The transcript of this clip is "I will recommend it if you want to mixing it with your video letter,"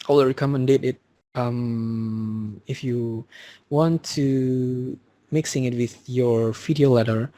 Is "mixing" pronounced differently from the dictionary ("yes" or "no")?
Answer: no